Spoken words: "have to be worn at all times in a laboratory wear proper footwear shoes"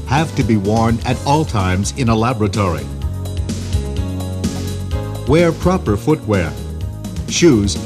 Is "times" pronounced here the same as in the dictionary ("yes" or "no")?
yes